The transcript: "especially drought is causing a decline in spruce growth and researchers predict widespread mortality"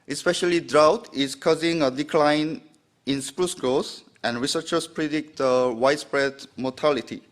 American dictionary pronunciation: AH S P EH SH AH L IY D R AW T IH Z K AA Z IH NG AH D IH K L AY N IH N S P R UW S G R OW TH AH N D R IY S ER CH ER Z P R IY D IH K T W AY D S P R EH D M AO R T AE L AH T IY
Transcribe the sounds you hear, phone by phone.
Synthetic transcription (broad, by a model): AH S P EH SH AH L IY D R AW T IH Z K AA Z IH NG AH D IH K L AY N IH N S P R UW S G R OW S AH N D R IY S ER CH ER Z P R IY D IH K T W AY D S P R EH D M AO T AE L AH T IY